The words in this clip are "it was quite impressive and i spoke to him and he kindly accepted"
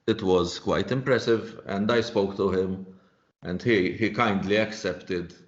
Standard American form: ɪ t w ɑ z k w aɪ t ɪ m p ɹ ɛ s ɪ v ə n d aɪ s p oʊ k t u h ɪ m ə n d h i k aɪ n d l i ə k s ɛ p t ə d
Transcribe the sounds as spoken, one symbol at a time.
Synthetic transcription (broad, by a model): ɪ t w ɑ z k w aɪ t ɪ m p ɹ ɛ s ɪ v ə n d aɪ s p oʊ k t u h ɪ m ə n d h i k aɪ n d l i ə k s ɛ p t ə d